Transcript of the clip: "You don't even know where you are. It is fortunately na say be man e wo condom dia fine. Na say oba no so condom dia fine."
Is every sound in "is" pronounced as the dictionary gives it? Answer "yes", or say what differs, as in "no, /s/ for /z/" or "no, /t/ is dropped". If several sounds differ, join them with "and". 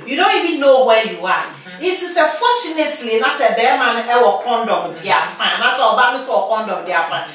no, /s/ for /z/